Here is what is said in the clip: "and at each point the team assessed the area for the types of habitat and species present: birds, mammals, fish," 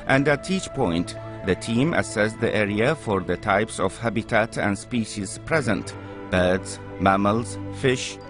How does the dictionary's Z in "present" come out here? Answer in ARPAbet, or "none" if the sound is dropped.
Z